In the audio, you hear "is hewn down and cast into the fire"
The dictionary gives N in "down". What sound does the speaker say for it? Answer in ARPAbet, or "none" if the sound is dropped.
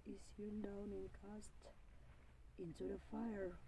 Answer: N